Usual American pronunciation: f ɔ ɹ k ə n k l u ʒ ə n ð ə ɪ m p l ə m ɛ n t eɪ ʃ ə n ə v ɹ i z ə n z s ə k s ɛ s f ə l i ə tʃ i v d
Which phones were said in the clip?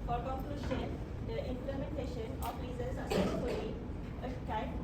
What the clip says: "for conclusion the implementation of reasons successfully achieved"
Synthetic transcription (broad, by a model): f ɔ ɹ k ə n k l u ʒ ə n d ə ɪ m p l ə m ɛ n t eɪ ʃ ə n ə f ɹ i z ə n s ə s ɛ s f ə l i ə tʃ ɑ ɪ